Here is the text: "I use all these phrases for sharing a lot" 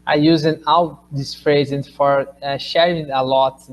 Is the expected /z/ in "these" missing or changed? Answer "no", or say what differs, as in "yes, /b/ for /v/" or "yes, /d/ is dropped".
yes, /s/ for /z/